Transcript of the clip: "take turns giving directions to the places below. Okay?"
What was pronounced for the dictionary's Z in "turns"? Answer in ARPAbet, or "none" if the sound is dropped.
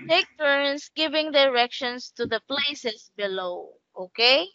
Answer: S